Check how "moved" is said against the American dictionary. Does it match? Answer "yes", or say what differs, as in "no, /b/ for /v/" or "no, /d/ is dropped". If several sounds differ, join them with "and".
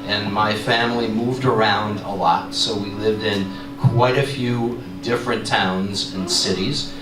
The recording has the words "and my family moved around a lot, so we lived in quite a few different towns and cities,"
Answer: yes